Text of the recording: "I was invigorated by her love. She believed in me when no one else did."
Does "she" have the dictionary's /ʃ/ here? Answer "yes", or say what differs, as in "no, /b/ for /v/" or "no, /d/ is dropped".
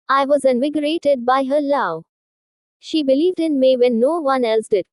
yes